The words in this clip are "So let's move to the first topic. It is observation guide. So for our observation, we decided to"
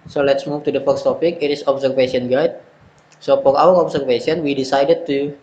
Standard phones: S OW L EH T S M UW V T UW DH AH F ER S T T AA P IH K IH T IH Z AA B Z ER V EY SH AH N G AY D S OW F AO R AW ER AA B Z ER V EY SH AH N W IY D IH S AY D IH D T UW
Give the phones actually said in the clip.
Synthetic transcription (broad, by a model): S OW L EH T S M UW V T UW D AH F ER S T T AA P IH K IH T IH S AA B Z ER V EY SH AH N G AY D S OW P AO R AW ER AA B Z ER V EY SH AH N W IY D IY S AY D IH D T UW